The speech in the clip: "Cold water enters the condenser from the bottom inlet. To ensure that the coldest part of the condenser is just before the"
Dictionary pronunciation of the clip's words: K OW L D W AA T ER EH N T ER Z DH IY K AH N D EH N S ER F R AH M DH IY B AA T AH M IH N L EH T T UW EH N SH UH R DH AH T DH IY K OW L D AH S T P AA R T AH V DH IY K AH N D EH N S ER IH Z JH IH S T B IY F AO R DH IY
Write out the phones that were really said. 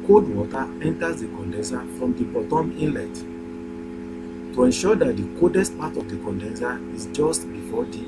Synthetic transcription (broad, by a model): K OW D W AA T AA EH N T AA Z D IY K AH N D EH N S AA F R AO M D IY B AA T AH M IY N L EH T T UW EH N SH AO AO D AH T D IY K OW D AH S T P AA T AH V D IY K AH N D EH N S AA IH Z JH IH S T B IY F AO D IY